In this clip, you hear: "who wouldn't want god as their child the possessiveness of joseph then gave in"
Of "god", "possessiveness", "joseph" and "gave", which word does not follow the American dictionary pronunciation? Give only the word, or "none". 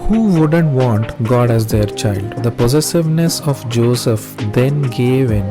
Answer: none